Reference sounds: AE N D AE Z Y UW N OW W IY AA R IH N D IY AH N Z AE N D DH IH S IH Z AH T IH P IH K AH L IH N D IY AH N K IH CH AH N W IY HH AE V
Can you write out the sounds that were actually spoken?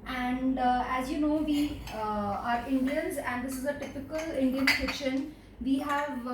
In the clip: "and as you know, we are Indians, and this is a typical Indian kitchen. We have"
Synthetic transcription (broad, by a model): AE N D AE Z Y UW N OW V IY AA R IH N D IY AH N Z AE N D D IH S IH Z AH T IH P IH K AH L IH N D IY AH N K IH SH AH N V IY HH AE V